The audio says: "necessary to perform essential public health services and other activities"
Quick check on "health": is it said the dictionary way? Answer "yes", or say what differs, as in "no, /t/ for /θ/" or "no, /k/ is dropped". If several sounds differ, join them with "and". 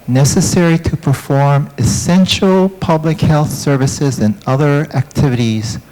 yes